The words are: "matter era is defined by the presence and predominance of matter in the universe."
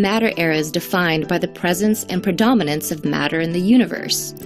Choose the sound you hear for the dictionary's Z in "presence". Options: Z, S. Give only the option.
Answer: Z